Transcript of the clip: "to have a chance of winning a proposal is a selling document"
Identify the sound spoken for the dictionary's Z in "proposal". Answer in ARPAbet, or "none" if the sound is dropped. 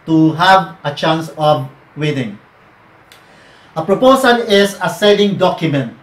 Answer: S